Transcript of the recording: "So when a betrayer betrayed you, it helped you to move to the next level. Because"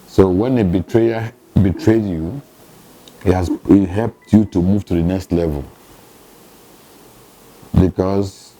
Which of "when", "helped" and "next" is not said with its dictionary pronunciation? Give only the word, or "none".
none